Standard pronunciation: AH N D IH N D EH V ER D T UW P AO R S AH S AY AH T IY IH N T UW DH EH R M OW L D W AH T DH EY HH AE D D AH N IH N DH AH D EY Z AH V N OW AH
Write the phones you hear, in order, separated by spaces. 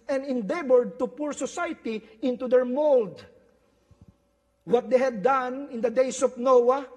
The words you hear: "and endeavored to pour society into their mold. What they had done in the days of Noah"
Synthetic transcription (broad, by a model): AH N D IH N D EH B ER D T UW P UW R S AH S AY T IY IH N T UW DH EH R M OW L D W AH T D EY HH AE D D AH N IH N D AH D EY S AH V N OW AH